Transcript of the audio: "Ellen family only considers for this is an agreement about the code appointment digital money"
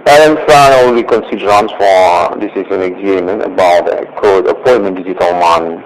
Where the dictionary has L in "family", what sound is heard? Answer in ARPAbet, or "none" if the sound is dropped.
N